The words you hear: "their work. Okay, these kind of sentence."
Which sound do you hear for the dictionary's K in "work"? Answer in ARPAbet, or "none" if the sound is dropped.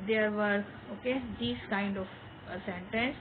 none